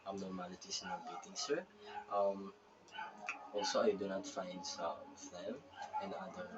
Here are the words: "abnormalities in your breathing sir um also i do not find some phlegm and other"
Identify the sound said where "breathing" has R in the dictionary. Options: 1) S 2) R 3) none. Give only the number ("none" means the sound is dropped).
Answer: 3